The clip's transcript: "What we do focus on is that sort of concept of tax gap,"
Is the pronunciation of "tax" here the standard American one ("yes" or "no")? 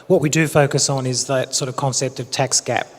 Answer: yes